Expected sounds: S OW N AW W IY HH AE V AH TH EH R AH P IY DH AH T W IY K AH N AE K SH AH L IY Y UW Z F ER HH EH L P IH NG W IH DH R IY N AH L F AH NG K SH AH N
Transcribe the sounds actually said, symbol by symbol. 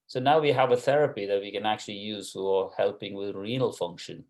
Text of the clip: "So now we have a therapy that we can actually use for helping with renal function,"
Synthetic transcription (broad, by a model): S OW N AW W IY HH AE V AH TH EH R AH P IY DH AH T W IY K AH N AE K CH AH L IY Y UW Z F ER HH EH L P IH NG W IH DH R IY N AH L F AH NG K SH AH N